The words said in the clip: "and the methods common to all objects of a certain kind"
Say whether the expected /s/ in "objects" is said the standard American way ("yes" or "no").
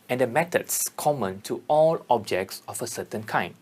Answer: yes